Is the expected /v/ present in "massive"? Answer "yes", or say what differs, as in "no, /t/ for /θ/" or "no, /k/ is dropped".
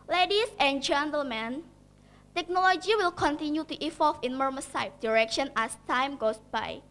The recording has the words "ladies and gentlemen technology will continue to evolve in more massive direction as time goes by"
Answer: no, /f/ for /v/